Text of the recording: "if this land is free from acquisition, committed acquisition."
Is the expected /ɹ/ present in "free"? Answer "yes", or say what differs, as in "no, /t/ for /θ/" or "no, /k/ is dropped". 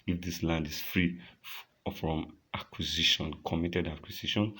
yes